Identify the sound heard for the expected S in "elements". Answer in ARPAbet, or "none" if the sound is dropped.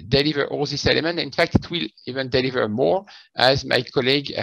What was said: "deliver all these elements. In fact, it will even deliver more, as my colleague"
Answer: none